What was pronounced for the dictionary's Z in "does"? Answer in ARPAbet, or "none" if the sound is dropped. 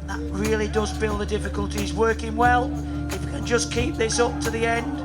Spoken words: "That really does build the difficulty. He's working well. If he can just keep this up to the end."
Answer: Z